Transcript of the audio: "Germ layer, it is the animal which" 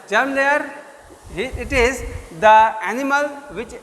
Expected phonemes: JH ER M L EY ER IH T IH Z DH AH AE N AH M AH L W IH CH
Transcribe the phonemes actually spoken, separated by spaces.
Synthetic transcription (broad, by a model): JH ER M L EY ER IH T IH Z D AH AE N AH M AH L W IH CH